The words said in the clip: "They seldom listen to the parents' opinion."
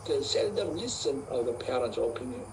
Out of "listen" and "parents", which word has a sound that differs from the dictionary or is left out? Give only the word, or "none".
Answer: parents